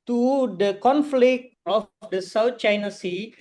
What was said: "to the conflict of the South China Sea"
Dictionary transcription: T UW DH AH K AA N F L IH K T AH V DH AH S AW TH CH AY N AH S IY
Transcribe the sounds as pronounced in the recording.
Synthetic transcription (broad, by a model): T UW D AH K AA N F L IH K T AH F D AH S AW T CH AY N AH S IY